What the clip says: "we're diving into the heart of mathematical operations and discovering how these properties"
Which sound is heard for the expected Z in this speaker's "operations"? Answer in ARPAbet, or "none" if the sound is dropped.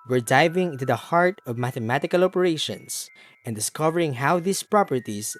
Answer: S